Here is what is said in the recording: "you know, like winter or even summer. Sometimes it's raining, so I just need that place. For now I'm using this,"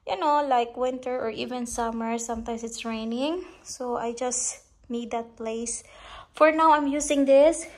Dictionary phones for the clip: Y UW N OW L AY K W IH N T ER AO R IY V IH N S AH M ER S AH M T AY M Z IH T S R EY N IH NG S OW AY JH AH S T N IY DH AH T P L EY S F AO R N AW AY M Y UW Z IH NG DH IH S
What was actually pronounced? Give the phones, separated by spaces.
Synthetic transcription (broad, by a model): Y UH N OW L AY K W IH N T ER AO R IY V IH N S AH M ER S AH M T AY M S IH T S R EY N IH NG S OW AY JH AH S T N IY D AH T P L EY S F AO R N AW AY M Y UW S IH NG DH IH S